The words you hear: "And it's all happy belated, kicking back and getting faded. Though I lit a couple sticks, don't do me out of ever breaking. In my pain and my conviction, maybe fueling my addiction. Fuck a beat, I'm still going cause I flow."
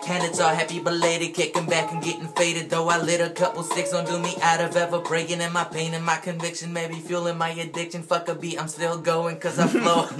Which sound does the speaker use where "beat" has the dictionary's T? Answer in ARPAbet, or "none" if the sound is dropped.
none